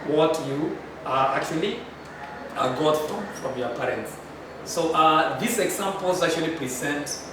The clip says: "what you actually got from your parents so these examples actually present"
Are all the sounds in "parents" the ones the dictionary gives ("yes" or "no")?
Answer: yes